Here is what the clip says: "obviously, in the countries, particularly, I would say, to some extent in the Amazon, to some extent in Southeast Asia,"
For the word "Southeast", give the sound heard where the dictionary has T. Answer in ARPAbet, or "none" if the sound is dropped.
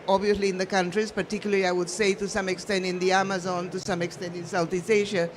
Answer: none